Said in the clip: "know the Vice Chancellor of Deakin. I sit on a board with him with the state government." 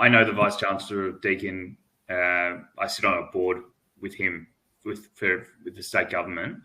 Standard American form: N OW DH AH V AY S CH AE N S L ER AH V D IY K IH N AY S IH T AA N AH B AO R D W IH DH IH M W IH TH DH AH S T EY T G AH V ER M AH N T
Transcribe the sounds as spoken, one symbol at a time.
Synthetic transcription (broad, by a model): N OW DH AH V AY S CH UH N S L ER AH V D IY K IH N AY S IH T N AH B AO R D W IH DH IH M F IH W DH AH S T EY T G AH V ER M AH N T